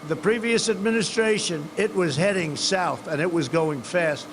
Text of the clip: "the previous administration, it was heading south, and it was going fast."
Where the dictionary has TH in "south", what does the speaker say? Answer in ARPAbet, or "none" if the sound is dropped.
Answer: TH